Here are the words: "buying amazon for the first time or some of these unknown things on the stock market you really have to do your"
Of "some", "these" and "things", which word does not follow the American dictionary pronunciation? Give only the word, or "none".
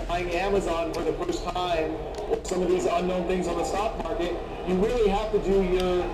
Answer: none